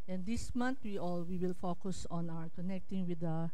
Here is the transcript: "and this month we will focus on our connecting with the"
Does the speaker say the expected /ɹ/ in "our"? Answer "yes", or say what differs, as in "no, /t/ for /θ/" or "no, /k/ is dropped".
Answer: yes